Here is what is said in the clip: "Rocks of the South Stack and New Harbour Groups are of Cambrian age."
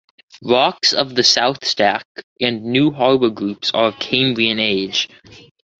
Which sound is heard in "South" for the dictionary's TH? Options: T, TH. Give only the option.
TH